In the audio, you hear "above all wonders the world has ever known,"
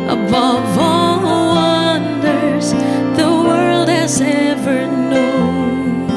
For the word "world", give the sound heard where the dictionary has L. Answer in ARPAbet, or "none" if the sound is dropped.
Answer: L